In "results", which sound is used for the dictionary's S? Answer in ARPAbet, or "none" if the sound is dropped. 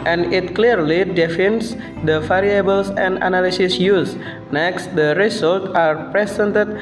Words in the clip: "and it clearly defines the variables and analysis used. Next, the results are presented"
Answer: none